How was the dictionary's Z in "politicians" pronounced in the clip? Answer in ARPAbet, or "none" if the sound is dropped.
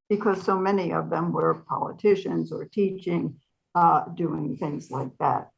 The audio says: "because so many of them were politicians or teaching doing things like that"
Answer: Z